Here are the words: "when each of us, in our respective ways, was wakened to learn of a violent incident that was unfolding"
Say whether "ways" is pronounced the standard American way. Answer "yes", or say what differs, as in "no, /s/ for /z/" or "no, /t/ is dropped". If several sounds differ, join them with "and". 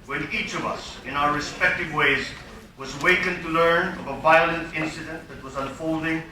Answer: yes